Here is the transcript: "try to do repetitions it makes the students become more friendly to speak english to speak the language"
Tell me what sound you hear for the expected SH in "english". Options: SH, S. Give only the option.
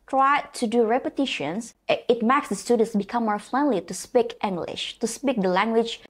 SH